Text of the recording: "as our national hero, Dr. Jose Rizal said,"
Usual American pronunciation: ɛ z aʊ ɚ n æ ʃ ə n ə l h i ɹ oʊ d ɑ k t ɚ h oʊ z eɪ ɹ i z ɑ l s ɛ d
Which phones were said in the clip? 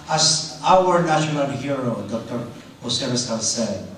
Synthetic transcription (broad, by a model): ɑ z aʊ ɚ n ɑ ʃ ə n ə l h i ɹ oʊ d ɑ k t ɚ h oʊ s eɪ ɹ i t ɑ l s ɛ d